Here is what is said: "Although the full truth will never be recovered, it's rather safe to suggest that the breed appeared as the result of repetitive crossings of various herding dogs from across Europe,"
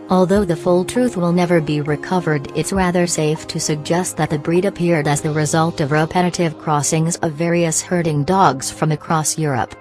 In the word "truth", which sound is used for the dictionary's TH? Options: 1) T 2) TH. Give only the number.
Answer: 2